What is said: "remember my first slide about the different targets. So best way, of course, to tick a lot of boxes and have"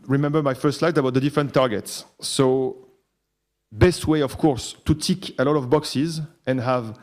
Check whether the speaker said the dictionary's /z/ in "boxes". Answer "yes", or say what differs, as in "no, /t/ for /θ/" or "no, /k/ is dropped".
yes